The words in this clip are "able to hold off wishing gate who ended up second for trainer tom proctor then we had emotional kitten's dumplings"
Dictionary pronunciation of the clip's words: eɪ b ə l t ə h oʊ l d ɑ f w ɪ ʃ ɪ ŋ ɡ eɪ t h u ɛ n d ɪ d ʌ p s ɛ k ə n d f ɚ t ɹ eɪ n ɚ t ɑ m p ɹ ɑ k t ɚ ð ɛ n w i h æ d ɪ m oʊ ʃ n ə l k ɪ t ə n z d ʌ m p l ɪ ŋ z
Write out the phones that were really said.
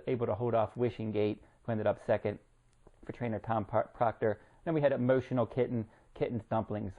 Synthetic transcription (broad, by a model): eɪ b l t ə h oʊ l d ɑ f w ɪ ʃ ɪ ŋ ɡ eɪ t h u ɛ n d ɪ d ʌ p s ɛ k ə n d f ɚ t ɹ eɪ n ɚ t ɑ m p ɹ ɑ k t ɚ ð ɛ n w i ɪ d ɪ m oʊ ʃ n l k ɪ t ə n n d ʌ m p l ɪ ŋ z